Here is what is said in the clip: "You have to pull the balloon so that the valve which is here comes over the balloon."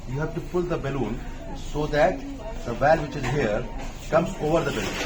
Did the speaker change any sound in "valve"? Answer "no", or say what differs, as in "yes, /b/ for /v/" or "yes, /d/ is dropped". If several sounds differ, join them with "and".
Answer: no